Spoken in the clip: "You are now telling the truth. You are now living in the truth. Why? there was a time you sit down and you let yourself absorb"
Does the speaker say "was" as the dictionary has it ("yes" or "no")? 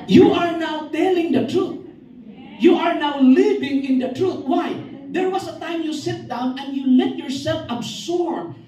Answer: no